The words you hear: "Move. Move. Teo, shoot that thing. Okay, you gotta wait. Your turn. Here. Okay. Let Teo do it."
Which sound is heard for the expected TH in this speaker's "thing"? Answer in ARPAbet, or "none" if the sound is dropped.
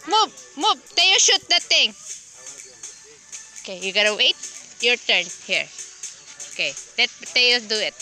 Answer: T